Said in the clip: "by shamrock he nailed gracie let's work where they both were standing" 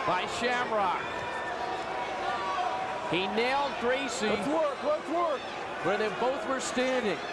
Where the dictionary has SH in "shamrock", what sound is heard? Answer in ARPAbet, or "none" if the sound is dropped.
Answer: SH